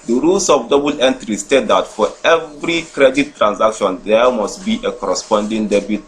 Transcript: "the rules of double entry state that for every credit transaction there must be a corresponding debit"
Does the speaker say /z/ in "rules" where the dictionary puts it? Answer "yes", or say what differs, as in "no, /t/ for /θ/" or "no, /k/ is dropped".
no, /s/ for /z/